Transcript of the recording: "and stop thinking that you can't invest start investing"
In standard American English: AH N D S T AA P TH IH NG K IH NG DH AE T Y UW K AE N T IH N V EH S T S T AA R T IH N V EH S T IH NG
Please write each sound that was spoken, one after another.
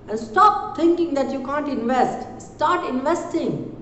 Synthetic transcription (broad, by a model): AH N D S T AA P T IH NG K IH NG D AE T Y UW K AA N T IH N V EH S T S T AA R T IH N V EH S T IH NG